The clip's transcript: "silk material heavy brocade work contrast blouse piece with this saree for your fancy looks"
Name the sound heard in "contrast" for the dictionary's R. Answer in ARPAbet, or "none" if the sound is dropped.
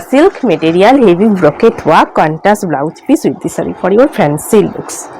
none